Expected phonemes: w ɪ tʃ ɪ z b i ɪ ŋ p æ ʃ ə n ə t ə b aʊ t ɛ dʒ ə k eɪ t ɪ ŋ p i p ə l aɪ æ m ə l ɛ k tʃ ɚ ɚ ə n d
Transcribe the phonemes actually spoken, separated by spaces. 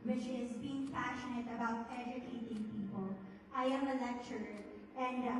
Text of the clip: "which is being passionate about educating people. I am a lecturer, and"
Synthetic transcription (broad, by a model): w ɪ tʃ ɪ z b i ɪ ŋ p æ ʃ ə n ə t ə b aʊ t ɛ dʒ ə k eɪ t ɪ ŋ p i p ə l aɪ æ m ə l ɛ k tʃ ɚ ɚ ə n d